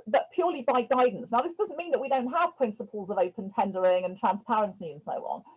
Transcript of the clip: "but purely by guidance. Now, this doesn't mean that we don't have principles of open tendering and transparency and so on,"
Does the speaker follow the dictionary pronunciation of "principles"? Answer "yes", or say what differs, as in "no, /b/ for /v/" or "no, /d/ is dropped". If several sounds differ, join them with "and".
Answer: yes